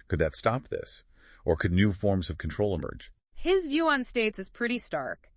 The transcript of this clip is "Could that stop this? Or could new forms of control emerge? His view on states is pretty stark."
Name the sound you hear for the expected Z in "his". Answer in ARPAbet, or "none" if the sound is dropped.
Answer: Z